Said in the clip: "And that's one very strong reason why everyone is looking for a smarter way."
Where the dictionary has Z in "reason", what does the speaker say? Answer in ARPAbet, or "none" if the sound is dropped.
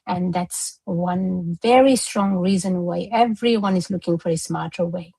Z